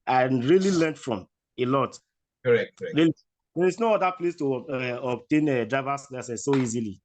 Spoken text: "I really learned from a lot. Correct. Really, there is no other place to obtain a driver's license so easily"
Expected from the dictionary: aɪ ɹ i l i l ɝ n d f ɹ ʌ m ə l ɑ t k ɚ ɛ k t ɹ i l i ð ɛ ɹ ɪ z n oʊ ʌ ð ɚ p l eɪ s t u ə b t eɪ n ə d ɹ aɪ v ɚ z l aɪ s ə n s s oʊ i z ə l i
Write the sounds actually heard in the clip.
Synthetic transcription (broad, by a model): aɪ ɹ i l i l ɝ n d f ɹ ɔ m ə l ɑ t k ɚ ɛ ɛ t ɹ i l i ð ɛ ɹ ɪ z n oʊ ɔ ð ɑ p l eɪ s t u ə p t eɪ n ə d ɹ aɪ v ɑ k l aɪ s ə s s oʊ i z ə l i